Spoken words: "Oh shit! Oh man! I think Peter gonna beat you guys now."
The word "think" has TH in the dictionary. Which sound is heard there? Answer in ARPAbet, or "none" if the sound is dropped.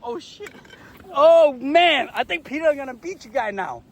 TH